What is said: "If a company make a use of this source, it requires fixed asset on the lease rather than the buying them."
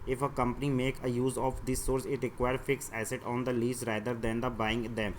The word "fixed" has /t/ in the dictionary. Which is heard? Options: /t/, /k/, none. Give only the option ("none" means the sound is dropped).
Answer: none